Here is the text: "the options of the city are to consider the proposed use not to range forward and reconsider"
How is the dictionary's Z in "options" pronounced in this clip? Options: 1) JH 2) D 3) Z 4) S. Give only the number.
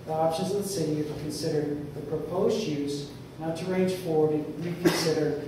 3